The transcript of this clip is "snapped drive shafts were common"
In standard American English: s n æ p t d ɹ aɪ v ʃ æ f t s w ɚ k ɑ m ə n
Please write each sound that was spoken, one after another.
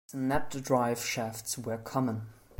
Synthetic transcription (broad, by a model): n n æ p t d ɹ aɪ v ʃ æ f t s w ɚ k ɑ m ə n